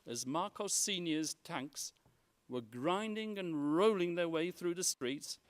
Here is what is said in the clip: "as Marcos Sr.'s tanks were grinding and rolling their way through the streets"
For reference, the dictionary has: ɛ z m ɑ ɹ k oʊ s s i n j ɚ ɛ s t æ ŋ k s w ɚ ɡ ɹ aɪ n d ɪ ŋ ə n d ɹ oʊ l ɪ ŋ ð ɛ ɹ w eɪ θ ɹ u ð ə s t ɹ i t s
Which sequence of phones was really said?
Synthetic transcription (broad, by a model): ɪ z m ɑ ɹ k oʊ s s i n j ɚ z t æ ŋ k s w ɚ ɡ ɹ aɪ n d ɪ ŋ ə n ɹ oʊ l ɪ ŋ ð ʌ ɹ w eɪ θ ɹ u ð ə s t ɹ i t s